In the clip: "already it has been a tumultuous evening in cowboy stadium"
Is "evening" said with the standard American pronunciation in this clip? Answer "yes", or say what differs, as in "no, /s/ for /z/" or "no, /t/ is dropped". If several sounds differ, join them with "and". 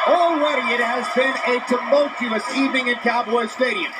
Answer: no, /n/ is dropped